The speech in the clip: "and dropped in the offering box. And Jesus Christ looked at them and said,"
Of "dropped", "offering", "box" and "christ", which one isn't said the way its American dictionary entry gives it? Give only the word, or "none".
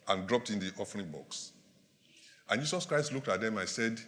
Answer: none